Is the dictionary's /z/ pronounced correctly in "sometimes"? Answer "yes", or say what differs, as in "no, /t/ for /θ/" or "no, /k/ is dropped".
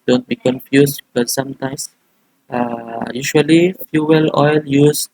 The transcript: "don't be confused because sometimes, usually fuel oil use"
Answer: no, /s/ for /z/